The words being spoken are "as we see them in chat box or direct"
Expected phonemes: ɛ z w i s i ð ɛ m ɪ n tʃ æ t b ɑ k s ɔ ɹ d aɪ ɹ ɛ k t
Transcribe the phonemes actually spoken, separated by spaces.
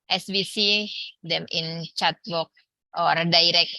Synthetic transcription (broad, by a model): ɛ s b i s i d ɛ m ɪ n tʃ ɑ t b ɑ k ɔ ɹ d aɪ ɹ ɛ k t